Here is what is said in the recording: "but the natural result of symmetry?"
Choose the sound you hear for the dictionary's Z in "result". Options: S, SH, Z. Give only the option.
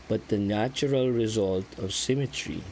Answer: Z